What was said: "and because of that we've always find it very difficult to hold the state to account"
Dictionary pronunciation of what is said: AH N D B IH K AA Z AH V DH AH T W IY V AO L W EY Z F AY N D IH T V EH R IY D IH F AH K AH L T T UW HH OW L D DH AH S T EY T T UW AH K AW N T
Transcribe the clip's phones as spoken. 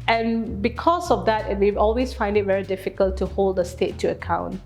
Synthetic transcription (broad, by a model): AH N B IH K AA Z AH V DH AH T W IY AO L W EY S F AY N D IH T V EH R IY D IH F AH K AH L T T UW HH OW L D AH S T EY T T UW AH K AW N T